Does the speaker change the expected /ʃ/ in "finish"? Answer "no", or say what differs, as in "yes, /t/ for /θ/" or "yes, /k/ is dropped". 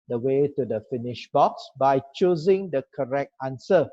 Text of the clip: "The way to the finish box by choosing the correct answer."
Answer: no